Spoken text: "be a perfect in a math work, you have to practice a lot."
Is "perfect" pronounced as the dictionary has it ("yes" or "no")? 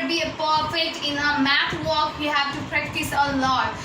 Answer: no